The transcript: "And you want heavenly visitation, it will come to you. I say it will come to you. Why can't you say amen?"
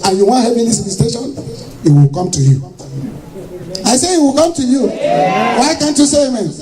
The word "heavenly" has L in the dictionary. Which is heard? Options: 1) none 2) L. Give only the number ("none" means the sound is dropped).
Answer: 1